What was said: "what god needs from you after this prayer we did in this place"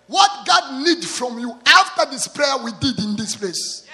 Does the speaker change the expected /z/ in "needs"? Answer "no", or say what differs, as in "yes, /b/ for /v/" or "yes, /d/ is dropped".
yes, /z/ is dropped